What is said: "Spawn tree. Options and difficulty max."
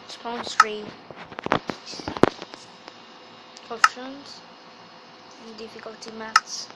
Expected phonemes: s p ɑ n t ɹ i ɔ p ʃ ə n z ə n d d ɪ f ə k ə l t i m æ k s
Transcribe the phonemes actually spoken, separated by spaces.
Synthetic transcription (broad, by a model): s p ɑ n s ɹ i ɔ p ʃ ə n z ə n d d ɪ f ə k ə l t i m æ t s